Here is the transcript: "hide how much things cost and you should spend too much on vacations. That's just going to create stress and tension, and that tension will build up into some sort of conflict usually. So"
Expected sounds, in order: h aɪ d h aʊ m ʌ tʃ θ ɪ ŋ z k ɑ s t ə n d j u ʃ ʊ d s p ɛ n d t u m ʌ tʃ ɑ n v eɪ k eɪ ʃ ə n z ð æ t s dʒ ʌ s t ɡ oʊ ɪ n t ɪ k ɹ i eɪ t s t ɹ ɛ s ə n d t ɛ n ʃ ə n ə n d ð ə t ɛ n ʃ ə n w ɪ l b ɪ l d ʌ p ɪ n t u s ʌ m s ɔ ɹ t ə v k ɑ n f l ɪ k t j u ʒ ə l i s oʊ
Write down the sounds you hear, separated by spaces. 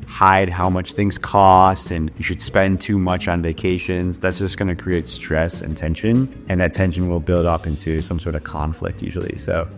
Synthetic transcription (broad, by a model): h aɪ d h aʊ m ʌ tʃ θ ɪ ŋ z k ɑ s t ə n j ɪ ʃ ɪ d s p ɛ n t u m ʌ tʃ n v eɪ k eɪ ʃ ə n z ð æ t s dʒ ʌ s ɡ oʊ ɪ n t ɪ k ɹ i eɪ t s t ɹ ɛ s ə n t ɛ n ʃ ə n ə n ð ə t ɛ n ʃ ə n w ɪ l b ɪ l d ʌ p ɪ n t u s ʌ m s ɔ ɹ t ə v k ɑ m f l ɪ k t j u ʒ l i s oʊ